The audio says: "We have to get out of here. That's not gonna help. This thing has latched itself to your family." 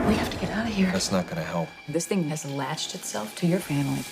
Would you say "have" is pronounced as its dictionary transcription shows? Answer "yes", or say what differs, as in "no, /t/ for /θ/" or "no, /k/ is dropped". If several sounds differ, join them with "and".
no, /f/ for /v/